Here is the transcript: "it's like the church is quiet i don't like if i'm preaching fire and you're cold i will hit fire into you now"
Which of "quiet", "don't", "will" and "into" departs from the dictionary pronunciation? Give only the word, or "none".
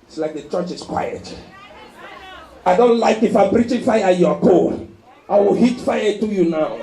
into